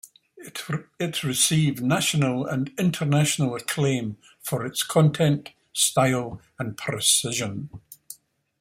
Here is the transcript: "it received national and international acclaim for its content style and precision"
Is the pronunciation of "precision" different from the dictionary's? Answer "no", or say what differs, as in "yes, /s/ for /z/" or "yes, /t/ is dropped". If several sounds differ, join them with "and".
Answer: no